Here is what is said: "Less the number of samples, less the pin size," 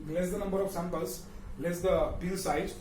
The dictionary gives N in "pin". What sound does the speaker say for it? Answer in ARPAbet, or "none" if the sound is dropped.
L